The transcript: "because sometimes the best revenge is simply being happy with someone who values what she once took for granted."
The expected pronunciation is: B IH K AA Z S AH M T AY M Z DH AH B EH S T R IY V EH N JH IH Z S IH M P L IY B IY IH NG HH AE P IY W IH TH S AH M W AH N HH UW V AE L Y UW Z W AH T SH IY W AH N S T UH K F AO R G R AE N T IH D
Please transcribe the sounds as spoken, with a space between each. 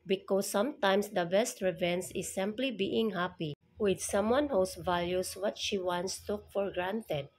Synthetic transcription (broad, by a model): B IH K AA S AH M T AY M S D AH B EH S T R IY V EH N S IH S IH M P L IY B IY IH NG HH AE P IY W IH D S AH M W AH N HH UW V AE L Y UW S W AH T SH IY W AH N S T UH F AO R G R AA N T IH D